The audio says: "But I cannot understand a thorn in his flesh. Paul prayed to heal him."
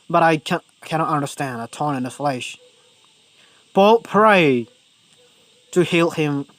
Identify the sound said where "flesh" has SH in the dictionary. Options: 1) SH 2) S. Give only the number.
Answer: 1